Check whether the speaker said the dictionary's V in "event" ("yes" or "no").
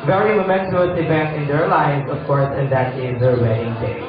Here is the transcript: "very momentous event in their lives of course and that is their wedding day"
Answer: no